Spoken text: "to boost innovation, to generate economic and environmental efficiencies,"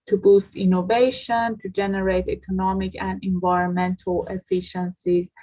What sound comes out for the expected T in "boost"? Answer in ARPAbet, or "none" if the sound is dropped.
T